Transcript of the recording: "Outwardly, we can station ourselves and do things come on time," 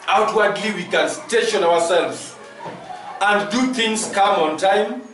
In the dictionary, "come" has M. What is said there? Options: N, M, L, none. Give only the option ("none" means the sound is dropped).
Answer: M